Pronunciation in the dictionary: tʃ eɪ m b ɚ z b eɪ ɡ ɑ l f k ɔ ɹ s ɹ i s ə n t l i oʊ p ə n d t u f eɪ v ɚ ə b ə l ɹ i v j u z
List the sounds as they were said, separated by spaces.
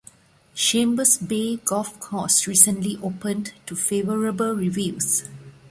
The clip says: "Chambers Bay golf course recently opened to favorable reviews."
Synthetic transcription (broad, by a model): ʃ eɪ m b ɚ s b eɪ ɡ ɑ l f k ɔ s ɹ i s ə n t l i oʊ p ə n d t u f eɪ v ɚ ə b ə l ɹ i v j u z